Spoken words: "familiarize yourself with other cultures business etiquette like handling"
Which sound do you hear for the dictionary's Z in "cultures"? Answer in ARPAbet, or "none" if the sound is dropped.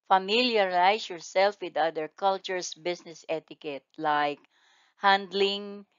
S